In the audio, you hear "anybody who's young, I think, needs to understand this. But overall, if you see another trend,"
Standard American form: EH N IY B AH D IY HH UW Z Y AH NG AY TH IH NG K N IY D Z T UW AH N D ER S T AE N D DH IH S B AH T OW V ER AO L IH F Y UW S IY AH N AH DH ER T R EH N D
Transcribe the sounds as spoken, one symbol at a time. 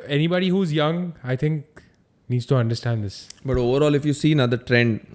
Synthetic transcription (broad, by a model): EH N IY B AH D IY HH UW Z Y AH NG AY T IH NG K N IY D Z T UW AH N D ER S T AE N D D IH S B AH T OW V ER AO L IH F Y UW S IY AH N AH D ER T R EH N D